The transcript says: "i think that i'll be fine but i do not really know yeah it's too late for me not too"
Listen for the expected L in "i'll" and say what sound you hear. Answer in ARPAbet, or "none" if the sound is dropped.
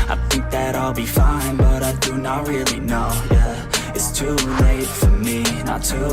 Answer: L